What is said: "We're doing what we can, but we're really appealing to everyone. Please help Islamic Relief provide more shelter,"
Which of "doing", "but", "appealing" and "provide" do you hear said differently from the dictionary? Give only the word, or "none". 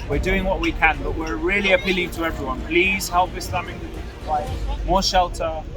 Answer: provide